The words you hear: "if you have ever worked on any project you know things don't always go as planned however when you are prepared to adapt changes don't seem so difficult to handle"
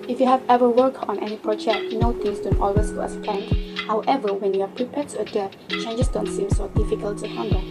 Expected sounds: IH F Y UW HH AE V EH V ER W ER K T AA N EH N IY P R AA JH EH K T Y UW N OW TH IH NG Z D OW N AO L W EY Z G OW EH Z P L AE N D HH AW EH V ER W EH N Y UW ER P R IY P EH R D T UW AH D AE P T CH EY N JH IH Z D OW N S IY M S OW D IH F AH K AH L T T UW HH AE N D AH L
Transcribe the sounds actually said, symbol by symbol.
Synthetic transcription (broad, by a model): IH F Y UW HH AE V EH V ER W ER K AA N EH N IY P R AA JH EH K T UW N OW T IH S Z D OW N AO L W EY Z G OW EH S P EH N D HH AW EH V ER W EH N Y UW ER P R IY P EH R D T UW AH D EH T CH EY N JH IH S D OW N S IY M S OW D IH F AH K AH L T T UW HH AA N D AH